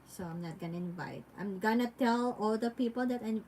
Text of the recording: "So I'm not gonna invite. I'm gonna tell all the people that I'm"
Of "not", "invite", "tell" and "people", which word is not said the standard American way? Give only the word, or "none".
none